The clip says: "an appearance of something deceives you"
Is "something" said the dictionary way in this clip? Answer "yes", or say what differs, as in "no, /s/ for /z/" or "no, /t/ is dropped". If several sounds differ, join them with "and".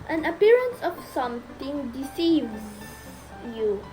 no, /t/ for /θ/